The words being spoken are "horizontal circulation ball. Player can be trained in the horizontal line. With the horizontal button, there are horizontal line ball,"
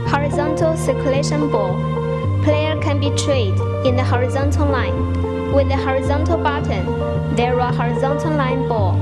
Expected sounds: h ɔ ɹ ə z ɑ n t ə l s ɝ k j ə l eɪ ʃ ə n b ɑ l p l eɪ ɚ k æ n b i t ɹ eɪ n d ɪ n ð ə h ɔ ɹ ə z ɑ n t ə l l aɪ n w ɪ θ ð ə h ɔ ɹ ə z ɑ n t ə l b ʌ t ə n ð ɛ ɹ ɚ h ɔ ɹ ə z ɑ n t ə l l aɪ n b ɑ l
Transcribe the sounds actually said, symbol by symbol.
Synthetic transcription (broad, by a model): h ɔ ɹ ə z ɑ n t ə l s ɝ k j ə l eɪ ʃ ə n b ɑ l p l eɪ ɚ k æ n b i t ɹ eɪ d ɪ n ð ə h ɔ ɹ ə z ɑ n t ə l l aɪ n w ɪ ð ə h ɔ ɹ ə z ɑ n t ə l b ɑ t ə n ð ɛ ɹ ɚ h ɔ ɹ ə z ɑ n t ə l l aɪ n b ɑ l